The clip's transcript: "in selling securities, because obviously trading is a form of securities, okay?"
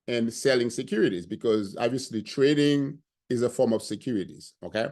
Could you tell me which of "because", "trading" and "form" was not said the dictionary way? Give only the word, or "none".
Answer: none